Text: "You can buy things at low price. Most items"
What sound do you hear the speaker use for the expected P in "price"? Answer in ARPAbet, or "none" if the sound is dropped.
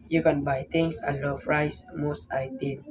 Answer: F